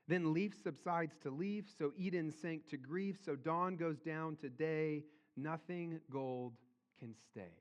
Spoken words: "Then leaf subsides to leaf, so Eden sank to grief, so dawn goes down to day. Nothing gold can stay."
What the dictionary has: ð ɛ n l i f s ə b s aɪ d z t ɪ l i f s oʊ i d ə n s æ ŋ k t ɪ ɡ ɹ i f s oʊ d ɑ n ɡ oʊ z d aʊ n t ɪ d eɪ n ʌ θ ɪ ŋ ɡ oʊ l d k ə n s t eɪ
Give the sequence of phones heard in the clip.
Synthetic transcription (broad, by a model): ð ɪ n l i f s ə b s aɪ d z t ɪ l i f s oʊ i d n s æ ŋ k t ɪ ɡ ɹ i f s oʊ d ɑ n ɡ oʊ z d aʊ n t ɪ d eɪ n ʌ θ ɪ ŋ ɡ oʊ l d k ə n s t eɪ